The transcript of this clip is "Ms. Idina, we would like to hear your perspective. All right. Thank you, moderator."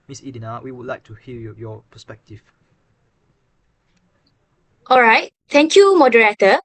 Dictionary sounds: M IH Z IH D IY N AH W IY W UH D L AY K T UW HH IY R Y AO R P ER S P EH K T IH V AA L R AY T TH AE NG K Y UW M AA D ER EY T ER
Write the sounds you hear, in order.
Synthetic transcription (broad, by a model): M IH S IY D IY N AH W IY W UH D L AY K T UW HH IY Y Y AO P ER S P EH K T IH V AA L R AY T T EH NG K Y UW M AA D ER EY T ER